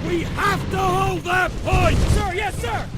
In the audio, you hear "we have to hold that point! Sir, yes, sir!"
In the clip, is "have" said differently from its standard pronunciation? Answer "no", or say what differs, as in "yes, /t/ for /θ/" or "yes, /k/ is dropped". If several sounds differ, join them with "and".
yes, /f/ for /v/